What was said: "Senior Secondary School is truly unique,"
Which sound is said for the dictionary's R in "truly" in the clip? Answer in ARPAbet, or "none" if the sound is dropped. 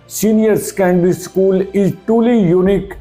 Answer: none